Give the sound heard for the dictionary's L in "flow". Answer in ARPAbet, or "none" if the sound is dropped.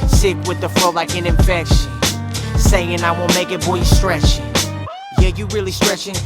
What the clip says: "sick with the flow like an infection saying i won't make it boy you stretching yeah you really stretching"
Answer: none